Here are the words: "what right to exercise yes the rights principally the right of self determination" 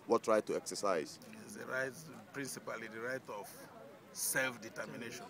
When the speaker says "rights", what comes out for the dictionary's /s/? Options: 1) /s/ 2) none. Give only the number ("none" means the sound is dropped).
2